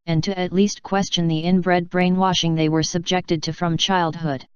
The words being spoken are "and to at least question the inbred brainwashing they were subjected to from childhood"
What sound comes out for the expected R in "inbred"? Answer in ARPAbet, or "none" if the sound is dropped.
R